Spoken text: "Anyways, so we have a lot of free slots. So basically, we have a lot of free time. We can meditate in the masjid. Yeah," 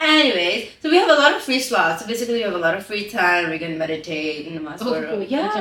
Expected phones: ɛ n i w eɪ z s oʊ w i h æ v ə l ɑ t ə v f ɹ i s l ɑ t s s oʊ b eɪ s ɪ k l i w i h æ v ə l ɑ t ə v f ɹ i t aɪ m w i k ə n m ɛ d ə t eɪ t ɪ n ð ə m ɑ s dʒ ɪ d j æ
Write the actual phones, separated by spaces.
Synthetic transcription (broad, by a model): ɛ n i w eɪ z s oʊ w i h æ v ə l ɑ t ə v f ɹ i s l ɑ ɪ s s oʊ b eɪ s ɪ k l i w i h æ v ə l ɑ t ə v f ɹ i t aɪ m w i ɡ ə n m ɛ d ə t eɪ t ɪ n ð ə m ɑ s ɪ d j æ